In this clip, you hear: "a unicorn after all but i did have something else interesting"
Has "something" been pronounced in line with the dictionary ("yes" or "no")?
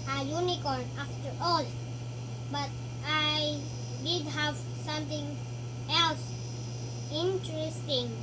no